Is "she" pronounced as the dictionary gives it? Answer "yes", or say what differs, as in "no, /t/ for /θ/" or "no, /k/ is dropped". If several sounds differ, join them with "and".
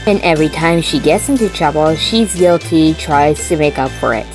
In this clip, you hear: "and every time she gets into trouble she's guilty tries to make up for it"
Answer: yes